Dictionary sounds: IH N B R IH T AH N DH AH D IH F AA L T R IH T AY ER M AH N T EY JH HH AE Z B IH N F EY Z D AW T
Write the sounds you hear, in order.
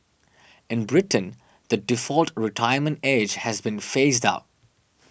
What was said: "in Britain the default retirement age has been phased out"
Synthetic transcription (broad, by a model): IH N B R IH T AH N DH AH D IH F AA L T R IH T AY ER M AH N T EY JH HH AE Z B IH N F EY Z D AW T